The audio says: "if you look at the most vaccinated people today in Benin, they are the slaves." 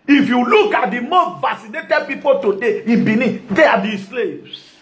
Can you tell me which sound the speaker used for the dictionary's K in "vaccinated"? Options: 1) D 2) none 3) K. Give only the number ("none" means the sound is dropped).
2